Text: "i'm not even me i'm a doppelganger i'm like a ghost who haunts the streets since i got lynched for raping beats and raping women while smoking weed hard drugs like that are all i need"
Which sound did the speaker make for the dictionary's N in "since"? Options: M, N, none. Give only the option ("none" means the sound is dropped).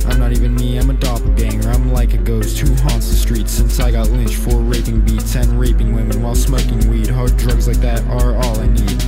N